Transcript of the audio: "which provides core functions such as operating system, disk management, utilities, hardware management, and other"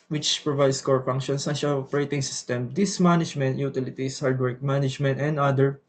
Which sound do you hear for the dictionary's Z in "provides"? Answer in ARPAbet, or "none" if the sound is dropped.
S